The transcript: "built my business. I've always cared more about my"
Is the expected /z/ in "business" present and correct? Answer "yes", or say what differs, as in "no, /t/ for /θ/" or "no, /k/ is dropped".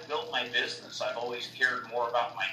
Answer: yes